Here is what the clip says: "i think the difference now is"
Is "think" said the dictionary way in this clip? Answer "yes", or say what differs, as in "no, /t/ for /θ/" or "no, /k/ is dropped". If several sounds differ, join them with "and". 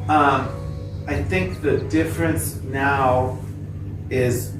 yes